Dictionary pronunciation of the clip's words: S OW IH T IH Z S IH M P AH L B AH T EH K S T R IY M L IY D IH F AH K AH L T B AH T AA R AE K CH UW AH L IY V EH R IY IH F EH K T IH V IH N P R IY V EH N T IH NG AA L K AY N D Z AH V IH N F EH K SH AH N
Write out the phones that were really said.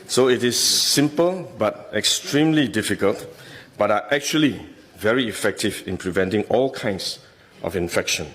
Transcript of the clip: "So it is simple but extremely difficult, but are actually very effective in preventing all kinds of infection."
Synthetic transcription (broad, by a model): S OW IH T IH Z S IH M P AH L B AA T EH K S T R IY M L IY D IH F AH K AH L T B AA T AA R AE K CH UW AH L IY V EH R IY F EH K T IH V IH N P R IY V EH N T IH NG AA L K AY N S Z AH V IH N F EH K SH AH N